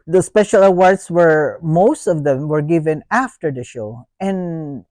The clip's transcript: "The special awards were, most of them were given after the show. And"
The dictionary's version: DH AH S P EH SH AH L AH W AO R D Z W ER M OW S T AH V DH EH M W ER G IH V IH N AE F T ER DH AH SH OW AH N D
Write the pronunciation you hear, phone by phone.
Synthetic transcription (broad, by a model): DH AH S P EH SH AH L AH W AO R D S W ER M OW S T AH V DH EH M W ER G IH V IH N AE F T ER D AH SH OW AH N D